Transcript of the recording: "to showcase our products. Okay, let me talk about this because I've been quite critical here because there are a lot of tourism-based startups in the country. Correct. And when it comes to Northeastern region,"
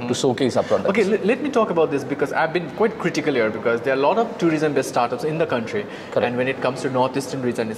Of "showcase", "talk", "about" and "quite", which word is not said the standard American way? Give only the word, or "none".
showcase